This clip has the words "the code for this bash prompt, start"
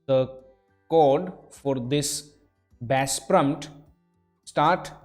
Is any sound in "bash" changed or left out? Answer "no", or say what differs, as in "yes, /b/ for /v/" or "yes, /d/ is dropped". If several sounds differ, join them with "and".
yes, /s/ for /ʃ/